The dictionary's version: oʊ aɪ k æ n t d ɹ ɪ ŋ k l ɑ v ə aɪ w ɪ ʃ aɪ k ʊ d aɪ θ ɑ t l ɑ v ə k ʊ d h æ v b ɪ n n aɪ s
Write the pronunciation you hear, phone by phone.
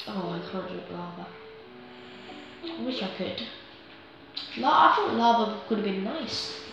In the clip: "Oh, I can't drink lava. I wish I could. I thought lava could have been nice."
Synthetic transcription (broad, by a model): oʊ aɪ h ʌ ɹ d ɪ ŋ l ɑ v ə aɪ w ɪ ʃ aɪ k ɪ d aɪ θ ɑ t l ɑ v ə k ʊ d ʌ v b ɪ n n aɪ s